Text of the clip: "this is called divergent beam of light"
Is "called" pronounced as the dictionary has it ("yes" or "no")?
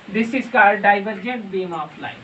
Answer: no